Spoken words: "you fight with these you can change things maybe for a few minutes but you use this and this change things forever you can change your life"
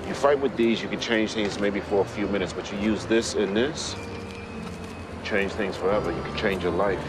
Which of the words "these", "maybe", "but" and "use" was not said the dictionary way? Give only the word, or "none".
none